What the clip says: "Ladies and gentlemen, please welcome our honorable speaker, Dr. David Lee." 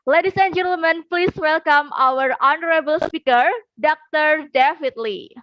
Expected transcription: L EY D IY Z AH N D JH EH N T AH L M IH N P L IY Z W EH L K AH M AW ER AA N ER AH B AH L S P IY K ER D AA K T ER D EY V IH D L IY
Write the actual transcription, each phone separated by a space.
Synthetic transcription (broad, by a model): L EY D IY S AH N JH EH N T AH L M IH N P L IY S W EH L K AH M AW ER AA N ER AH B AH L S P IY K ER D AA K T ER D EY F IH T L IY